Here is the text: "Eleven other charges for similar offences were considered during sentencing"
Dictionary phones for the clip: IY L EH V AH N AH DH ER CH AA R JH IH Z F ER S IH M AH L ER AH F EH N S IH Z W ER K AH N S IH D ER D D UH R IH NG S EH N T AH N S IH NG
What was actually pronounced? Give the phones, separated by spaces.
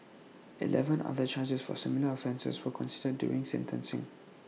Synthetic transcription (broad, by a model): IY L EH V AH N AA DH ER CH AA JH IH S F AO S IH M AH L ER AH F EH N S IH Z W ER K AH N S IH D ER D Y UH R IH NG S EH N T AH N S IH NG